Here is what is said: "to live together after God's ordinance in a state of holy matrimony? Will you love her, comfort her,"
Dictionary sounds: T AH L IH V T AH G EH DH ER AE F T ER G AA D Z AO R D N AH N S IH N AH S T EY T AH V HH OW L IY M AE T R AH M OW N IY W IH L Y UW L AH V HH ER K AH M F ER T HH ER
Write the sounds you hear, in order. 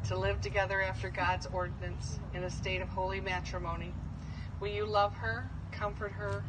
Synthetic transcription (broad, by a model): T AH L IH V T AH G EH DH ER AE F T ER G AA D Z AO R D N AH N S IH N AH S T EY T AH V HH OW L IY M AE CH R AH M OW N IY W IH L Y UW L AH V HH ER K AH M F ER T HH ER